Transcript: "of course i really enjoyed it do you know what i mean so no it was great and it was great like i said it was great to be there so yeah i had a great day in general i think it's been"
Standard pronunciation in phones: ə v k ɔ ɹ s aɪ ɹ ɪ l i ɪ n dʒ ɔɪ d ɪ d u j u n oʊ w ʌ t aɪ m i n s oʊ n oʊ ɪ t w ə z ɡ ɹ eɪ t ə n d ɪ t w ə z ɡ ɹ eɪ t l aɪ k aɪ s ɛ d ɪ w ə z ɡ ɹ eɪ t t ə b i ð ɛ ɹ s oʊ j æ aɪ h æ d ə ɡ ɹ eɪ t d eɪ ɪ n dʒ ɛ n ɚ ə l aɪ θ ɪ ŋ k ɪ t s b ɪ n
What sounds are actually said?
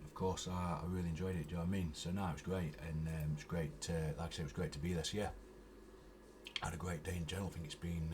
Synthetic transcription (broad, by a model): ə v k ɔ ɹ s aɪ ɹ ɪ l i ɪ n dʒ ɔɪ d ɪ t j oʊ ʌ aɪ m i n s oʊ n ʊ ɪ t w ə z ɡ ɹ eɪ t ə n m ɪ t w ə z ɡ ɹ eɪ t l aɪ k s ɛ ɪ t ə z ɡ ɹ eɪ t t ə b i ð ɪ s j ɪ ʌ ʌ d ə ɡ ɹ eɪ t d eɪ ɪ n dʒ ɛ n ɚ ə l aɪ θ ɪ ŋ k ɪ t s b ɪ n